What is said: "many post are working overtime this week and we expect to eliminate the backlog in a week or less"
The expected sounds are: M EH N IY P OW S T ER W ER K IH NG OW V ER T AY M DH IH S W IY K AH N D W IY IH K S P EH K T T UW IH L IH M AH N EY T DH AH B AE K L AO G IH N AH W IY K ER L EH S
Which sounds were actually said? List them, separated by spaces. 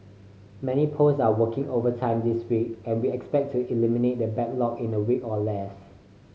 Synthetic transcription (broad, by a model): M EH N IY P OW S AA W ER K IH NG OW V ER T AY M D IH S W IY K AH N W IY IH K S P EH K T T UW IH L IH M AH N EY T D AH B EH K L AO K IH N AH W IY K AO L EH S